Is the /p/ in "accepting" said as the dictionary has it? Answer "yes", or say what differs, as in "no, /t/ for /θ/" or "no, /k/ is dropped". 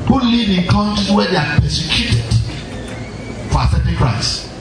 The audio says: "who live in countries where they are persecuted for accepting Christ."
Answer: no, /p/ is dropped